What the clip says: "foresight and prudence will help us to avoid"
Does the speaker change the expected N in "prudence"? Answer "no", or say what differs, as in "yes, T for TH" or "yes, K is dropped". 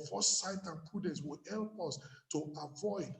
yes, N is dropped